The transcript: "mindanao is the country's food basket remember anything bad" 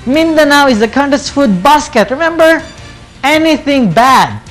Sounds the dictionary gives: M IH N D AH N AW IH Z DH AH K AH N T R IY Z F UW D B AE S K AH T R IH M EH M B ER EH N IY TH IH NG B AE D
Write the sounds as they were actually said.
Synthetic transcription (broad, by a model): M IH N D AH N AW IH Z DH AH K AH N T IY S F UW D B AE S K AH T R IH M EH M B ER EH N IY TH IH NG B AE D